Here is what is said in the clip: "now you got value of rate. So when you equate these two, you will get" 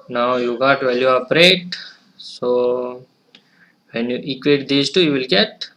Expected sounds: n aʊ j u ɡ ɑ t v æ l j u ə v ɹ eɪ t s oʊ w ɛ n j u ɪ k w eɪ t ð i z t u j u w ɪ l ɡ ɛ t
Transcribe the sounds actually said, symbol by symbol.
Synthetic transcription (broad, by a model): n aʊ j u ɡ ɑ t v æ l j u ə p ɹ eɪ t s oʊ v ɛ n j u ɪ k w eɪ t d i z t u j u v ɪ l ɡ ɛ t